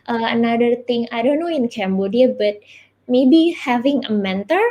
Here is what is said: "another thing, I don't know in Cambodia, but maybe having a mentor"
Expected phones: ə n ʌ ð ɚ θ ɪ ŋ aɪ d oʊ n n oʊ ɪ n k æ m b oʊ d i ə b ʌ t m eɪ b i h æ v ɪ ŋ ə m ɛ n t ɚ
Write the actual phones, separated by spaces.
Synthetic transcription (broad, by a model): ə n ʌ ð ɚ t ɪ ŋ aɪ d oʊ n n oʊ ɪ n k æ m b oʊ d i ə b ʌ t m eɪ b i h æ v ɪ ŋ ə m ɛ n t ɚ